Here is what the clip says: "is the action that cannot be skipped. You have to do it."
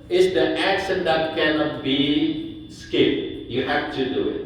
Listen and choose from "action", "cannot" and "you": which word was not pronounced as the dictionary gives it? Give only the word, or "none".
action